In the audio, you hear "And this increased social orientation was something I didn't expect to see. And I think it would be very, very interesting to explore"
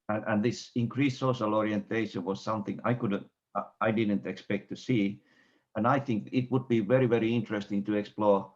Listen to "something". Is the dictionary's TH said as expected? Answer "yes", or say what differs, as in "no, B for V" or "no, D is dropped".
yes